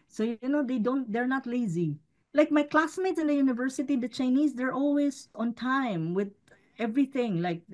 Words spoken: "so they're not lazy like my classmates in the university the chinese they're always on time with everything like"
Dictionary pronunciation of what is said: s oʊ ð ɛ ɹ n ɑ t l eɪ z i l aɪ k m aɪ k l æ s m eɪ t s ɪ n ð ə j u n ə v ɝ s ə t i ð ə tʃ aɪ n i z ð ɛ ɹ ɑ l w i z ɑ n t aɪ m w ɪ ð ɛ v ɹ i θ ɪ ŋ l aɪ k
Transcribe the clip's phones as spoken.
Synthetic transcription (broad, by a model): s oʊ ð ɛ ɹ n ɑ t l eɪ z i l aɪ k m aɪ k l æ s m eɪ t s ɪ n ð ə j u n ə v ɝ s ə t i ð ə tʃ aɪ n i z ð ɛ ɹ ɑ l w i z ɑ n t aɪ m w ɪ ð ɛ v ɹ i θ ɪ ŋ l aɪ k